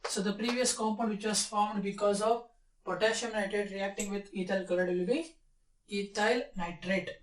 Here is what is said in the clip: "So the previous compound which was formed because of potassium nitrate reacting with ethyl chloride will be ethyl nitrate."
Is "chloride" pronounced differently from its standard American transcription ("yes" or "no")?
yes